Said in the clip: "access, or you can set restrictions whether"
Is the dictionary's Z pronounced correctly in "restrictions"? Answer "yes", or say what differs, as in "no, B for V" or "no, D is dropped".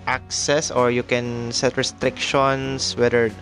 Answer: no, S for Z